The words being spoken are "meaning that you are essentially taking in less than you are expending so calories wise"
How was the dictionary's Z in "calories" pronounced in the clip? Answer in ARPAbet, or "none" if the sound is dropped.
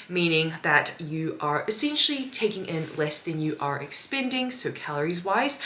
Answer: Z